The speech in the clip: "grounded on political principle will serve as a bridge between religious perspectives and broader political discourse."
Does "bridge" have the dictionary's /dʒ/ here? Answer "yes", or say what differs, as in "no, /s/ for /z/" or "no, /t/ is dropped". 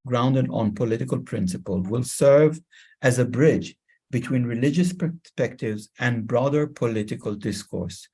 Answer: yes